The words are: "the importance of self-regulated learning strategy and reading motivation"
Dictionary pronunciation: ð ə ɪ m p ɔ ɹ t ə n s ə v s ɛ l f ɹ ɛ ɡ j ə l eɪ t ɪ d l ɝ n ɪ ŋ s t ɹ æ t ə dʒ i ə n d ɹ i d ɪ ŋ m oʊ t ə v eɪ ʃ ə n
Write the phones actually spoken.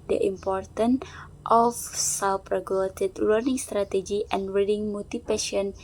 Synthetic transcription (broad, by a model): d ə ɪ m p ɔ ɹ t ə n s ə f s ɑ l p ɹ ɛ ɡ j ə l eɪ t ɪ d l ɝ n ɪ ŋ s t ɹ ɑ t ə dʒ i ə n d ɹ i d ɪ ŋ m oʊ t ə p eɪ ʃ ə n